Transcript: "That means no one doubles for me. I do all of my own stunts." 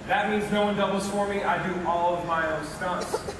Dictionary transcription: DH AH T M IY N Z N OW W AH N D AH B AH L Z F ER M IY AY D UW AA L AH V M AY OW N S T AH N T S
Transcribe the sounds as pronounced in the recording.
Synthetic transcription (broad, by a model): DH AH T M IY N Z N OW W AH N D AH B L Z F ER M IY AY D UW AA L AH V M AY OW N S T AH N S